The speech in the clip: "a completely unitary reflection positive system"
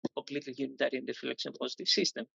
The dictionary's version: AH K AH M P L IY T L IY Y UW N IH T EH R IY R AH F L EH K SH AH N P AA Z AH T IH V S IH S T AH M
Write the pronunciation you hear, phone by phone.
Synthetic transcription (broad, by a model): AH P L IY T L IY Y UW N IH T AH R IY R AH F L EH K S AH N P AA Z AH T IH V S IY S T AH M